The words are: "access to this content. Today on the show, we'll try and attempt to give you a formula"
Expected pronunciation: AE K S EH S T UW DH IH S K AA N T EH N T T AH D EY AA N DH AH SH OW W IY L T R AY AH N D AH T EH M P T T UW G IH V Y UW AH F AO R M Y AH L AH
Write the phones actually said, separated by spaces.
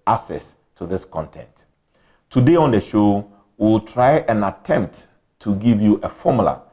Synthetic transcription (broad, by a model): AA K S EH S T UW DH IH S K AA N T EH N T T AH D EY AA N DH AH SH OW W IY L T R AY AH N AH T EH M P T T UW G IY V Y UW AH F AO M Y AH L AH